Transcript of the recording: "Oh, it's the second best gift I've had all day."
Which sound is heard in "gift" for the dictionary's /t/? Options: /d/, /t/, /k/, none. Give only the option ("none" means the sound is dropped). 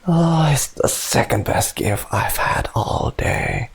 none